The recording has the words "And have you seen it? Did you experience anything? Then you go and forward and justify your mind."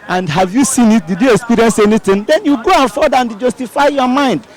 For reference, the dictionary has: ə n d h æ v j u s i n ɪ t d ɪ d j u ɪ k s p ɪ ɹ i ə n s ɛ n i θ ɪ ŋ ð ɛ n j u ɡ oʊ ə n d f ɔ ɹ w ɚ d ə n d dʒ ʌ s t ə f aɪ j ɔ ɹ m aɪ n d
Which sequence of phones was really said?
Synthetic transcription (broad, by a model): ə n d h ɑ v j u s i n ɪ t d ɪ d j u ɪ k s p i ɹ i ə n s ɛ n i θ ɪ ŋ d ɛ n j u ɡ oʊ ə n f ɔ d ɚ ə n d dʒ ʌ s t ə f aɪ j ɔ m aɪ n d